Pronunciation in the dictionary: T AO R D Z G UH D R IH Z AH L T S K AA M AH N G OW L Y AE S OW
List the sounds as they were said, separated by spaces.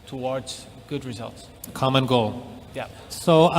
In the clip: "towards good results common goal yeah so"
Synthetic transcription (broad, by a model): T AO R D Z G UH D R IH Z AH L T S K AA M AH N G OW L Y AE S OW